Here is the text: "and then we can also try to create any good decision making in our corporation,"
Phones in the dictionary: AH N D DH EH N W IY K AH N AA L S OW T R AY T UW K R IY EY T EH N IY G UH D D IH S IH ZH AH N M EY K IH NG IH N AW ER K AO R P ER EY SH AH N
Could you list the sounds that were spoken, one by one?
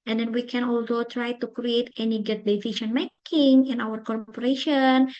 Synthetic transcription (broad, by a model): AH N D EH N W IY K AH N AA L S OW T R AY T UW K R IY EY T EH N IY G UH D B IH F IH SH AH N M EY K IH NG IH N AW ER K AO R P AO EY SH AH N